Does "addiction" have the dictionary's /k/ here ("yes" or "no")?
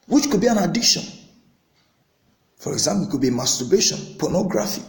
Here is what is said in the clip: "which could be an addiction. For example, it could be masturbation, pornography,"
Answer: yes